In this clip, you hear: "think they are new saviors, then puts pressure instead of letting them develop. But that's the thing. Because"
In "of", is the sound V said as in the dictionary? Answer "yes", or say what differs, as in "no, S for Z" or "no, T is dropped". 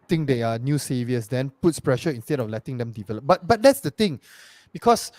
no, F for V